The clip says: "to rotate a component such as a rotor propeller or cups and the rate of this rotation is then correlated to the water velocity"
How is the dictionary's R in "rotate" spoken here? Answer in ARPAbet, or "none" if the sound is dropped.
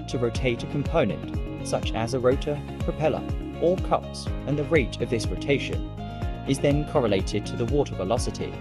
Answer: R